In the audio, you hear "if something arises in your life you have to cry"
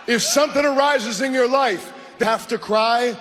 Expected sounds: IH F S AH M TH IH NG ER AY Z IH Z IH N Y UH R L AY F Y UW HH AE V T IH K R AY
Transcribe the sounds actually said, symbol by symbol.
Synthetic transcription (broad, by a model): IH F S AH M TH IH NG ER AY Z IH Z IH N Y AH R L AY F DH HH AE F T IH K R AY